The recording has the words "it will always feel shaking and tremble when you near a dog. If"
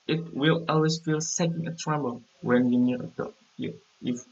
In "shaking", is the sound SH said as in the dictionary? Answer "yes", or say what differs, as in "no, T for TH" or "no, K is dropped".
no, S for SH